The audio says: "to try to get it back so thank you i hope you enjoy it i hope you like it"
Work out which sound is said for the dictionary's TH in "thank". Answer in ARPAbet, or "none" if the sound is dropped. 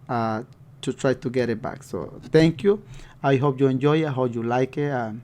T